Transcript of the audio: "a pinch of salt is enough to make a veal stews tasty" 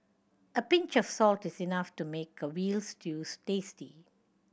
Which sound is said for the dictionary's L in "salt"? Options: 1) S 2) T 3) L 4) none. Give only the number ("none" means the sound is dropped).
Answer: 3